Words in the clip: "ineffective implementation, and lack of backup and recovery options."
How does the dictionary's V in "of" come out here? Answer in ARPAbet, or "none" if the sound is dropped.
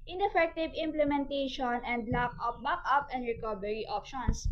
P